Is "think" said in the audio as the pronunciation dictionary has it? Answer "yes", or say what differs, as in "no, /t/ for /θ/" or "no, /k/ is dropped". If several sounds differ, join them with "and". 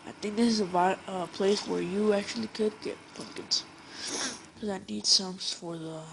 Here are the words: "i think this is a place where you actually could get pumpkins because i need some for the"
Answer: yes